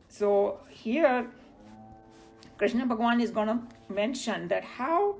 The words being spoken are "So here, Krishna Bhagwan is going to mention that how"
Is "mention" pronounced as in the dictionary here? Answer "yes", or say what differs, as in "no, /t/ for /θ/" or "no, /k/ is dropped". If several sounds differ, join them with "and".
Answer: yes